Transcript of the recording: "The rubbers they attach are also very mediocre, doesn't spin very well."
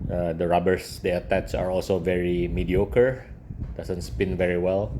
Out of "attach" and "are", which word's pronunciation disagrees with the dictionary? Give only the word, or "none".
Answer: attach